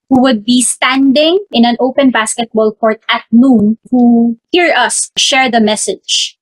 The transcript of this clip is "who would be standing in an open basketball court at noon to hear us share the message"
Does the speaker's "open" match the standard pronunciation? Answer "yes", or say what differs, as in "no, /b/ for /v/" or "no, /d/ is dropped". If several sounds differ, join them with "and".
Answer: yes